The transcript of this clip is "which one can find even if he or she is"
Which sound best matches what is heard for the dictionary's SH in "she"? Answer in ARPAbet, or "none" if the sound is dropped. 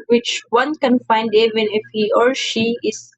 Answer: SH